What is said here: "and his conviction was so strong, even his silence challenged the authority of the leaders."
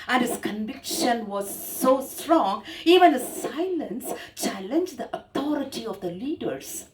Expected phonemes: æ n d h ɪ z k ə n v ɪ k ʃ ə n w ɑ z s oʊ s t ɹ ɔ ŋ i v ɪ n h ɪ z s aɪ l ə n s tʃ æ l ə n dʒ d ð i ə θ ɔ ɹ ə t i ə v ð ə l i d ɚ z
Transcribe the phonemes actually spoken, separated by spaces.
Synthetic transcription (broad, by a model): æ n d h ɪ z k ə n v ɪ k ʃ ə n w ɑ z s oʊ s t ɹ ɔ ŋ i v ɪ n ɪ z s aɪ l ə n s tʃ æ l ə n dʒ d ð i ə t ɔ ɹ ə t i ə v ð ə l i d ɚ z